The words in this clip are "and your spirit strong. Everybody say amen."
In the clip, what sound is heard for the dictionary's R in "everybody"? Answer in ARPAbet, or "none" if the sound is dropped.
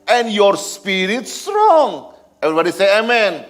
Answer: R